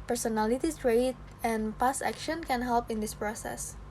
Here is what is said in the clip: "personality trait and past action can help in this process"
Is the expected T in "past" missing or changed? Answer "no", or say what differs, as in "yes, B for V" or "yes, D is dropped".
yes, T is dropped